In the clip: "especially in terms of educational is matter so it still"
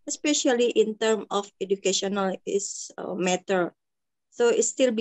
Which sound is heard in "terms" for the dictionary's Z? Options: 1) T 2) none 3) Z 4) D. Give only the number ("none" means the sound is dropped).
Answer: 2